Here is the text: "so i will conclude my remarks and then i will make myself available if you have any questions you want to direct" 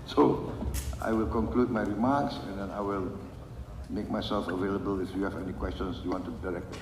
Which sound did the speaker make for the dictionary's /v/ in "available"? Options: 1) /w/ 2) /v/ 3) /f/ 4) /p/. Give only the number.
2